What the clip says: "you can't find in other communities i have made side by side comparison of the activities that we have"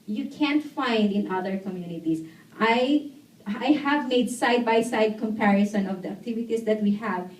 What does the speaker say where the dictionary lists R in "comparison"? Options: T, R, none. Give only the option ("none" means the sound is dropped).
R